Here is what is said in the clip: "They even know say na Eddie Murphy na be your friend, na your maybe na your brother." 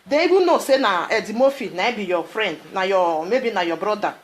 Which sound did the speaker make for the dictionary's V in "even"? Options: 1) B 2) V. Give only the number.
1